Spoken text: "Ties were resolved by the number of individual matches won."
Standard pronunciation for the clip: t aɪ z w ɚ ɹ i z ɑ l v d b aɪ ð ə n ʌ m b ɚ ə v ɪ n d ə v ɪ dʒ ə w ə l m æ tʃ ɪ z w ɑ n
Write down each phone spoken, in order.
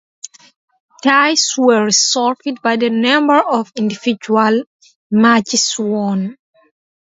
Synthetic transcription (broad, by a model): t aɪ s w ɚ ɹ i s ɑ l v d b aɪ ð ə n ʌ m b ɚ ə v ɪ n d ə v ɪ dʒ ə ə l m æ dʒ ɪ s w ɑ n